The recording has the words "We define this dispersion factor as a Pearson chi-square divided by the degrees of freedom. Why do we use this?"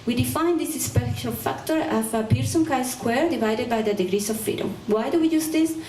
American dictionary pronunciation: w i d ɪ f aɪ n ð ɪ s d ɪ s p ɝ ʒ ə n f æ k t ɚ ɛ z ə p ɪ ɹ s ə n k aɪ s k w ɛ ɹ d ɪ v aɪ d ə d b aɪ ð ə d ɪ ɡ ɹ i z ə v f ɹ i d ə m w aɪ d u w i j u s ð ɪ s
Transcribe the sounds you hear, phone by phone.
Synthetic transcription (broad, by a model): w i d ɪ f aɪ n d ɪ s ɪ s p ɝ ʃ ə l f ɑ k t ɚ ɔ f ə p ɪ ɹ s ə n k aɪ s k w ɛ ɹ d ɪ v aɪ d ə d b aɪ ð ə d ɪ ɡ ɹ i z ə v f i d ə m w aɪ d u w i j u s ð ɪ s